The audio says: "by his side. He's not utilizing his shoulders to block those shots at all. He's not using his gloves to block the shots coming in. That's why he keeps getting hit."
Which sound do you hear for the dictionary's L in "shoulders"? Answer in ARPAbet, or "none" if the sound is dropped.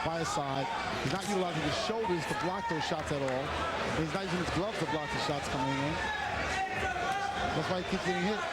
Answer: L